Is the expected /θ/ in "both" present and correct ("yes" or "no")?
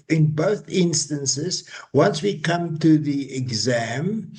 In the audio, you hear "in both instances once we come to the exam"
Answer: yes